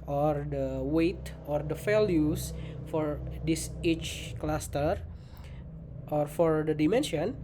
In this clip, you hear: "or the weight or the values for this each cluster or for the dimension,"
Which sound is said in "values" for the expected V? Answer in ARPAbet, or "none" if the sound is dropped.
F